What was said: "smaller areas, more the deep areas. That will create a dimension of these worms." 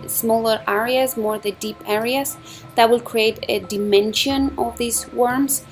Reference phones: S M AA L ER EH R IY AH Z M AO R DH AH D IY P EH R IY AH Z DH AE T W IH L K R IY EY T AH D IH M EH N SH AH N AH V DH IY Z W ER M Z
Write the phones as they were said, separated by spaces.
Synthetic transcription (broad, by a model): S M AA L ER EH R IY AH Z M AO R DH AH D IY P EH R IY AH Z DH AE T W IH L K R IY EY T AH D IH M EH N SH AH N AH V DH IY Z W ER M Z